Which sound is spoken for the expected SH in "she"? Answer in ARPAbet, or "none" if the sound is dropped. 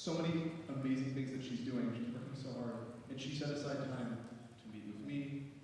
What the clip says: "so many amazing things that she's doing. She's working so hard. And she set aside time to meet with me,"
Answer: SH